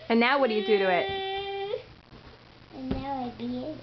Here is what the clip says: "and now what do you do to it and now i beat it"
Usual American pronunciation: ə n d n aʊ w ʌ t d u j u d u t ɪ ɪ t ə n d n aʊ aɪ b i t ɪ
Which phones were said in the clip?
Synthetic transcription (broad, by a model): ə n n aʊ w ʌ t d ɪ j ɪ d u t ɪ ɪ t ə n n aʊ aɪ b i ɪ